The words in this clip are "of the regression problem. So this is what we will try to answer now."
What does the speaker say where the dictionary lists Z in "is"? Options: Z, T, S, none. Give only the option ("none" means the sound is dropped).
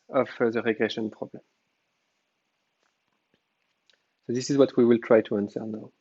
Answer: Z